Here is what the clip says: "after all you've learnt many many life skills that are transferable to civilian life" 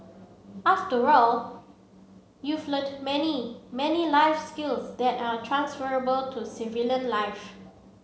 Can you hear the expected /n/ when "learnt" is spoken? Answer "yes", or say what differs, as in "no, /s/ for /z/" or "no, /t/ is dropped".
no, /n/ is dropped